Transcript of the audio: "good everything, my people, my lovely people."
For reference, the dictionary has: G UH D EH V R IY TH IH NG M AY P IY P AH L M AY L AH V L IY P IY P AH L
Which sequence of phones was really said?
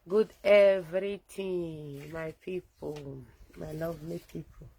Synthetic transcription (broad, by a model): G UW D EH V R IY T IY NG M AY P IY P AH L M AY L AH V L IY P IY P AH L